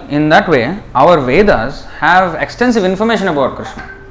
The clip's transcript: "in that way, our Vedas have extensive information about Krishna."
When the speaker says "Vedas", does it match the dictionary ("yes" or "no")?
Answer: yes